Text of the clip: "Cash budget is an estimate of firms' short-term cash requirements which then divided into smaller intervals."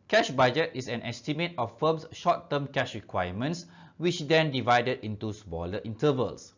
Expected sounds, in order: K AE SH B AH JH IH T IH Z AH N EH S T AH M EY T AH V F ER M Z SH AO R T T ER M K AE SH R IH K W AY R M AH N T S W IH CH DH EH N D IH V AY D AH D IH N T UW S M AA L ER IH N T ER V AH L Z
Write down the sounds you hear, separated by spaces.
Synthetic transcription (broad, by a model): K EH SH B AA JH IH T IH S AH N EH S T AH M EY T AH F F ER M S SH AO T T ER M K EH SH R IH K W AY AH M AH N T S W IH CH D EH N D IH V AY D AH D IH N T UW S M AA L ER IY N T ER V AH L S